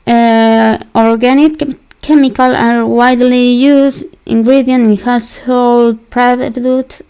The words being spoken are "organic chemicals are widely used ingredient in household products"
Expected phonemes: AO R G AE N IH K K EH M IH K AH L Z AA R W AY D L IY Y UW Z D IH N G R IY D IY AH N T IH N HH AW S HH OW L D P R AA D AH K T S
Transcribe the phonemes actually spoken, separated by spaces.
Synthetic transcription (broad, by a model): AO R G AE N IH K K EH M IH K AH L AA R W AY D L IY Y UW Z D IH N G R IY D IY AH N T IH N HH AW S HH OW L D P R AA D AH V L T